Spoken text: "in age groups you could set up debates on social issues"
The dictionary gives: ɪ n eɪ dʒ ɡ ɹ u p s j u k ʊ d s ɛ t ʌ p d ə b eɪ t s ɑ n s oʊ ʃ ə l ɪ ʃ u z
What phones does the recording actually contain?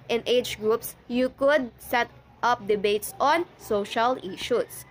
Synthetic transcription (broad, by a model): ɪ n eɪ dʒ ɡ ɹ u p s j u k ʊ d s ɛ t ʌ p d ə b eɪ t s ɑ n s oʊ ʃ ə l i ʃ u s